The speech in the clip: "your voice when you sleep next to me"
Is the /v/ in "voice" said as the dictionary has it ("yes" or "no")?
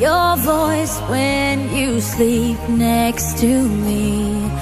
yes